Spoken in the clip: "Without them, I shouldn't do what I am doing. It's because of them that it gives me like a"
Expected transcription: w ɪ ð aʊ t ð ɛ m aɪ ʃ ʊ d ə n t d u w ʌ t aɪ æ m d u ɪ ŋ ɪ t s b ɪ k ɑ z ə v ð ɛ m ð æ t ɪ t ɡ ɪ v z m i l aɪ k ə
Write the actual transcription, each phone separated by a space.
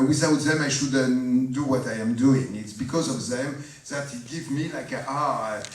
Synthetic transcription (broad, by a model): w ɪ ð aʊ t ð ɛ m aɪ ʃ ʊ d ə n d u w ʌ t aɪ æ m d u ɪ ŋ ɪ t s b ɪ k ɑ z ə v ð ɛ m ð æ t ɪ t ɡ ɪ v m i l aɪ k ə